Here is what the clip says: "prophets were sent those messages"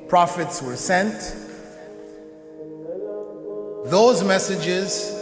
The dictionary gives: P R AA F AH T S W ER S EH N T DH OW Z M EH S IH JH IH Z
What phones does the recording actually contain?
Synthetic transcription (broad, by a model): P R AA F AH T S W ER S EH N T DH OW Z M EH S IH JH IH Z